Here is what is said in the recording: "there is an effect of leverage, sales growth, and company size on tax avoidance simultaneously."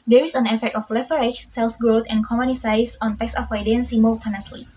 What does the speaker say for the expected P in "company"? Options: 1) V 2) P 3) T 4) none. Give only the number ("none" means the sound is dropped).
4